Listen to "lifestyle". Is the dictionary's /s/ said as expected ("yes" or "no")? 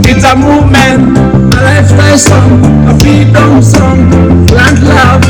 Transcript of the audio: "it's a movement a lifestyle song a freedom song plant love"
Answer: no